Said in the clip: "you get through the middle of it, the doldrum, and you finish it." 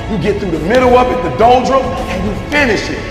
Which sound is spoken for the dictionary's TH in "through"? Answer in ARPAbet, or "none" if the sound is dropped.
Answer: TH